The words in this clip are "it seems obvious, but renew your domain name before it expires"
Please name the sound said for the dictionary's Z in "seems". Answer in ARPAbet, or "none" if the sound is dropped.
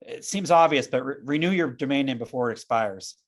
Z